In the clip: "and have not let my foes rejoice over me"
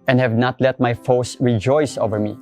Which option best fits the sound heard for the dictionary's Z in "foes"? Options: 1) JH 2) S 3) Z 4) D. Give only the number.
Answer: 2